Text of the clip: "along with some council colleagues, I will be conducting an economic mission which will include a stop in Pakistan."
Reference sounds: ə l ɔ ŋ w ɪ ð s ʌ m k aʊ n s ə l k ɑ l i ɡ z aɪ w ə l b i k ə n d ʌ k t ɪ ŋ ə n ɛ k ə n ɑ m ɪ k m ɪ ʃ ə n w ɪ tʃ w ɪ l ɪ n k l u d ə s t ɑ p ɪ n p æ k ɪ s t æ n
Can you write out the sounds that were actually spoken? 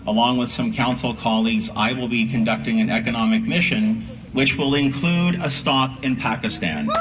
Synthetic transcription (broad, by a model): ə l ɔ ŋ w ɪ ð s ʌ m k aʊ n s l k ɑ l i ɡ z aɪ w ə l b i k ə n d ʌ k t ɪ ŋ ə n ɛ k ə n ɑ m ɪ k m ɪ ʃ ə n w ɪ tʃ w ɪ l ɪ n k l u d ə s t ɑ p ɪ n p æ k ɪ s t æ n